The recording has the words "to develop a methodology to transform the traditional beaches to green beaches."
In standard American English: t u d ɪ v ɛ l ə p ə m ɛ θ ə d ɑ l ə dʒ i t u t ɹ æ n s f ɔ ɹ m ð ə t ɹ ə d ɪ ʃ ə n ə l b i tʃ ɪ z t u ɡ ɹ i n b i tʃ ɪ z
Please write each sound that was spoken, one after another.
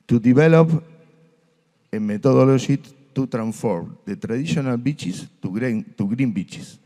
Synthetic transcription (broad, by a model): t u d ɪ b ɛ l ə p ə m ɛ t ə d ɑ l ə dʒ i t u t ɹ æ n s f ɔ ɹ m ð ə t ɹ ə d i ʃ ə n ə l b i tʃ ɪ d t u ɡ ɹ i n b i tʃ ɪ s